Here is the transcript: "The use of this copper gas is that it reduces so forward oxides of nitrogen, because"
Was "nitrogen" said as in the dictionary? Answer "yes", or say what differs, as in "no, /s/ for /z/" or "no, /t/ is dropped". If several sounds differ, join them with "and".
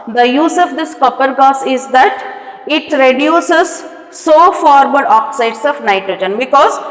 yes